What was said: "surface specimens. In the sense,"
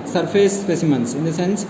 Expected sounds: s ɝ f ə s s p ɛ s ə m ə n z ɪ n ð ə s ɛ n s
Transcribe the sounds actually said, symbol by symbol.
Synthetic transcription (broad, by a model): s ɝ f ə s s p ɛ s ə m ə n s ɪ n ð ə s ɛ n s